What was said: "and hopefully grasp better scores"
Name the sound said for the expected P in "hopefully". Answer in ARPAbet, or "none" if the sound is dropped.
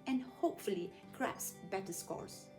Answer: P